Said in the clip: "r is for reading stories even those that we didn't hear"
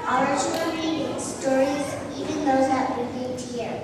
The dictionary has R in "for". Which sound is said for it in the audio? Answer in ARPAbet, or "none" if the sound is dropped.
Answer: L